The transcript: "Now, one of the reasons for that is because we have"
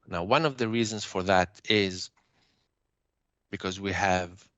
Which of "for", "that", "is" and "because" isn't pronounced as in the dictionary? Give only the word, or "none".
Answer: none